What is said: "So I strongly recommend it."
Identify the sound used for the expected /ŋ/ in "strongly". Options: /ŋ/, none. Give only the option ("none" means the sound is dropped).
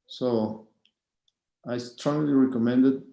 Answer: none